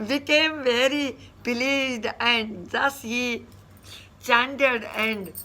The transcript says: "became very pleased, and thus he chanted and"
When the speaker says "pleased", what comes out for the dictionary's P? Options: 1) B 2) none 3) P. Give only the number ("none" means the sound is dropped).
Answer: 1